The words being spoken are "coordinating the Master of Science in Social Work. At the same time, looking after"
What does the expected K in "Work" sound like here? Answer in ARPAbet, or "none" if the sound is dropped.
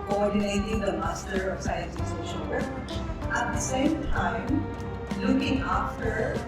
none